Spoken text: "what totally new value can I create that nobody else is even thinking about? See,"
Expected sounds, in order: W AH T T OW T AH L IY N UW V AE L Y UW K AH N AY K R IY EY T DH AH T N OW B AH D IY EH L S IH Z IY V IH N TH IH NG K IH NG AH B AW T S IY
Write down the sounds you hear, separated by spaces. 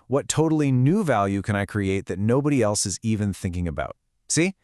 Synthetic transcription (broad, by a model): W AH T T OW T L IY N UW V AE L Y UW K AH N AY K R IY EY T DH AH T N OW B AH D IY EH L S IH Z IY V IH N TH IH NG K IH NG AH B AW T S IY